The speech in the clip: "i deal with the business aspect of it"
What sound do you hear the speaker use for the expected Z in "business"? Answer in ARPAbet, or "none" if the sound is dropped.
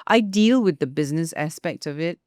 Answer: Z